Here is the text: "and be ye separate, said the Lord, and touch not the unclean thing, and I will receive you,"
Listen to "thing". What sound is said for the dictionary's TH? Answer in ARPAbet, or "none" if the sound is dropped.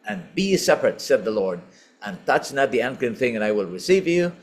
TH